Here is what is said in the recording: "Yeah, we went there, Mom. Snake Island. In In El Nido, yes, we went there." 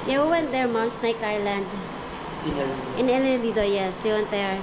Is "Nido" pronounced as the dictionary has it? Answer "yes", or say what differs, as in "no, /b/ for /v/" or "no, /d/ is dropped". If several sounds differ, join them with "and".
no, /l/ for /n/